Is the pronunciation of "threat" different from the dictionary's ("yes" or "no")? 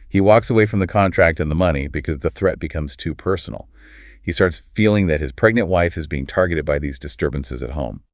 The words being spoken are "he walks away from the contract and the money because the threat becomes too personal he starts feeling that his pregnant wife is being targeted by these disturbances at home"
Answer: no